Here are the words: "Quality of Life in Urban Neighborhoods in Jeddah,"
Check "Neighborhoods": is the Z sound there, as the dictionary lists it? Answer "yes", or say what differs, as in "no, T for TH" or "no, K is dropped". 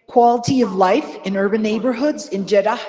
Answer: yes